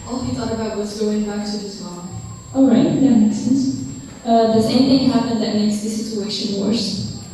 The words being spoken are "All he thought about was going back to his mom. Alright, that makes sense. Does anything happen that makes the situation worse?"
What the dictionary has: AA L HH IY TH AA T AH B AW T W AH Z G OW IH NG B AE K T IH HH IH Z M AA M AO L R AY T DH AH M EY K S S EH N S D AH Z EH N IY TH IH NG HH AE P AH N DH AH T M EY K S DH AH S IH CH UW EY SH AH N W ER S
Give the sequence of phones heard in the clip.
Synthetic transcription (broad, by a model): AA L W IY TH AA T AH B AW T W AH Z G OW IH NG B AE K T IH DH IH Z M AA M AO L R AY T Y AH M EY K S S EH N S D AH S EH IY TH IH NG HH AE P AH N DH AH T M EY K S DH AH S IH CH UW EY SH AH N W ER S